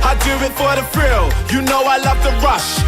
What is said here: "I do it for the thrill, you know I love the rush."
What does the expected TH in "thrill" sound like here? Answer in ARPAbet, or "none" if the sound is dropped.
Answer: F